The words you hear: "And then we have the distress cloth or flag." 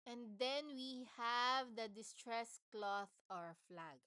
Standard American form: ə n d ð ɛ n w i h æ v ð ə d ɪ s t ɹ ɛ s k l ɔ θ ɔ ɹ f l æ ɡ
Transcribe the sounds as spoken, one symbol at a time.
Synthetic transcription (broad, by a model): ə n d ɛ n w i h æ v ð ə d ɪ s t ɹ ɛ s k l ɔ θ ɔ ɹ f l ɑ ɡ